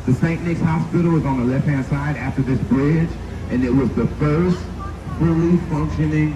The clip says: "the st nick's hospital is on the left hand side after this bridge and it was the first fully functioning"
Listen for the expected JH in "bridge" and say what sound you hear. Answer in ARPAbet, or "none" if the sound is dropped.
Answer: JH